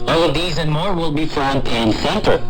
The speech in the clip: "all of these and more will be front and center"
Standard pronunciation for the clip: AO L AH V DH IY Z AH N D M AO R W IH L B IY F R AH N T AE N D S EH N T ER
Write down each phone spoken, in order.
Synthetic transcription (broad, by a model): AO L AH V DH IY Z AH N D M AO R W IH L B IY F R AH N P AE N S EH N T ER